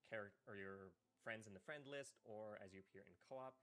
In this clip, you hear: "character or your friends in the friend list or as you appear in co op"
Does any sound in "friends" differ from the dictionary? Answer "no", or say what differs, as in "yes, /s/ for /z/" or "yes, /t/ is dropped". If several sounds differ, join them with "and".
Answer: no